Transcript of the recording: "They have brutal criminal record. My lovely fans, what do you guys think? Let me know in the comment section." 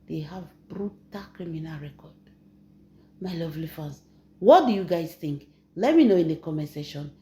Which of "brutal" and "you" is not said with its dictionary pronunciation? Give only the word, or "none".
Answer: none